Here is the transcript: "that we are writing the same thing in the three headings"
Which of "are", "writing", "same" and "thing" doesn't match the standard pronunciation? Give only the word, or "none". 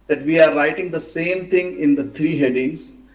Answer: thing